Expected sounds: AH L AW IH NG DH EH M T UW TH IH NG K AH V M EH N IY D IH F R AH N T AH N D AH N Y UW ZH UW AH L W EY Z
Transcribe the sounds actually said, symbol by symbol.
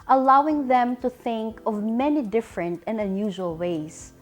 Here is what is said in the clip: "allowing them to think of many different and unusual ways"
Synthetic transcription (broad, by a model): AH L AW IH NG DH EH M T UW TH IH NG K AH V M EH N IY D IH F R AH N T AH N D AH N Y UW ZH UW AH L W EY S